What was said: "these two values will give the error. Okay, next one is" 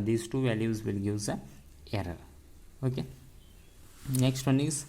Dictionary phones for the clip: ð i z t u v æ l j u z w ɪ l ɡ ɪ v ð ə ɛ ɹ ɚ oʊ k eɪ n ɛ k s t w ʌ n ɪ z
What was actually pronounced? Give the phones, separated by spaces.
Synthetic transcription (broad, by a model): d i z t u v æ l j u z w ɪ l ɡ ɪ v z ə ɛ ɹ ɚ oʊ k eɪ n ɛ k s t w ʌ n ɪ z